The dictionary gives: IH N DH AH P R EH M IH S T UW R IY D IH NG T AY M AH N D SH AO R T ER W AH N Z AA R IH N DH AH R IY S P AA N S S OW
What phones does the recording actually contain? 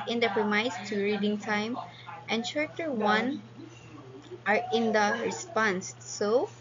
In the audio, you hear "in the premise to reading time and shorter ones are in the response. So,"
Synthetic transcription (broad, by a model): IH N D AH P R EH M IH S T UW R IY D IH NG T AY M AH N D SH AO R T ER W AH N AA R IH N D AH R IY S P AA N S S OW